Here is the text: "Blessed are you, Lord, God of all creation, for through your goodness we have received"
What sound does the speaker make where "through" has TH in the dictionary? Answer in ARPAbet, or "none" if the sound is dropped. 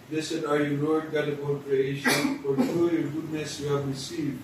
T